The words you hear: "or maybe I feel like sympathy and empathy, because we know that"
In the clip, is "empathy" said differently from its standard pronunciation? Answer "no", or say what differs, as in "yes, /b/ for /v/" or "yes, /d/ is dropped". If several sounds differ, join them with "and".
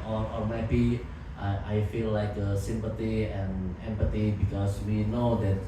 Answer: yes, /t/ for /θ/